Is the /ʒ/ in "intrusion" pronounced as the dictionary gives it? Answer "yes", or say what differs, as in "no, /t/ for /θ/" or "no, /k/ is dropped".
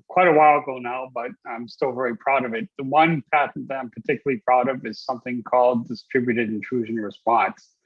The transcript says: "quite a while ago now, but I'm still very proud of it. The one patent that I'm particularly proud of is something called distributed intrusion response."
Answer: yes